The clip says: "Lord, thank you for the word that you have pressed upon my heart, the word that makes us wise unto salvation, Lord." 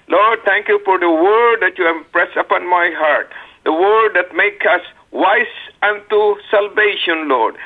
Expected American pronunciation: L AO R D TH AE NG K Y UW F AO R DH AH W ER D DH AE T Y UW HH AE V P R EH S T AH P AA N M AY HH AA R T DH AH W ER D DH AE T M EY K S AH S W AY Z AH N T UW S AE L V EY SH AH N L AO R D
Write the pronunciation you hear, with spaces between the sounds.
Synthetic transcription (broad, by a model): L AO R D T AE NG K Y UW F AO R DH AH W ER D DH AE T Y UW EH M P R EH S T AH P AA N M AY HH AA R T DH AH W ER D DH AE T M EY K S AH S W AY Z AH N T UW S AE L V EY SH AH N L AO R D